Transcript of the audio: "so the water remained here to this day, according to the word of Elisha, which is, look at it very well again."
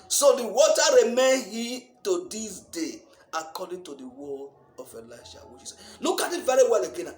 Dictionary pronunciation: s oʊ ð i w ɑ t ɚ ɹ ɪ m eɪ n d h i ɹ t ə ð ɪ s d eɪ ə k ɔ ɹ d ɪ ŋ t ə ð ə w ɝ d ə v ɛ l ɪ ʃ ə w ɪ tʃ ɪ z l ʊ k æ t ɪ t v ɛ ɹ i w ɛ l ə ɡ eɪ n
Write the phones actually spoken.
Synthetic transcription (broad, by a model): s oʊ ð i w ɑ t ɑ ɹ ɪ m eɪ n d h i t ə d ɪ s d eɪ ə k ɔ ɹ d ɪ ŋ t ə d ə w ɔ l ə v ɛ l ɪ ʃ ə w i s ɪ l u k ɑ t ɪ t v ɛ ɹ i w ɛ l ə ɡ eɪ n